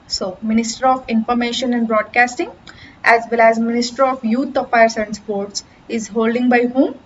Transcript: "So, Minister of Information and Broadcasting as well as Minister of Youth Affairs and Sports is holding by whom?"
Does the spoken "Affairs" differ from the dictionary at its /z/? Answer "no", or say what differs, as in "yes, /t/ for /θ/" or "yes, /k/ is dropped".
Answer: yes, /s/ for /z/